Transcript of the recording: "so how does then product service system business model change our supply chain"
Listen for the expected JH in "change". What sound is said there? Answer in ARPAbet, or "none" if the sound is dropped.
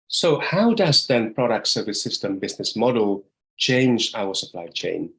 JH